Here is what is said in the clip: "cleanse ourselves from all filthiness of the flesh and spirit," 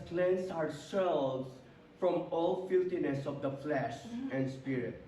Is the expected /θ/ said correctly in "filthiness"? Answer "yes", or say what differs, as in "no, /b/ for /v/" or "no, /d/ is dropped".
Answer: no, /t/ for /θ/